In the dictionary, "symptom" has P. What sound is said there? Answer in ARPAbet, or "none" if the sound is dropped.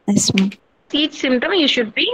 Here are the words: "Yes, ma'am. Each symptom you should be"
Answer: none